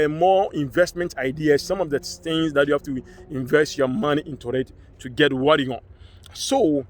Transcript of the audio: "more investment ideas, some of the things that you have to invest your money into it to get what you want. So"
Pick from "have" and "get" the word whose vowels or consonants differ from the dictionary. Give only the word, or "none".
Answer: have